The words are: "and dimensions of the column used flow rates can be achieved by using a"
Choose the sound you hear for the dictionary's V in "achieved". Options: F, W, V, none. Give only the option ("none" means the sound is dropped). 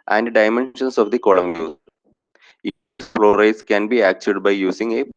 none